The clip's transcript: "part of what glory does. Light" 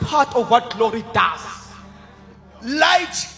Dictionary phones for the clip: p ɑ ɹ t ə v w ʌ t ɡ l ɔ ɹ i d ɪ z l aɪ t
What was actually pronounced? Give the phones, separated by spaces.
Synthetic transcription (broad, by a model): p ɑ t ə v w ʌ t ɡ l ɔ ɹ i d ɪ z l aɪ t